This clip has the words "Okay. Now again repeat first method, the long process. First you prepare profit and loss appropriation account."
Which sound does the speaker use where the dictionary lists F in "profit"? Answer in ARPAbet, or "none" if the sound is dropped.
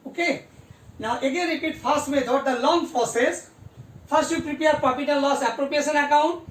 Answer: P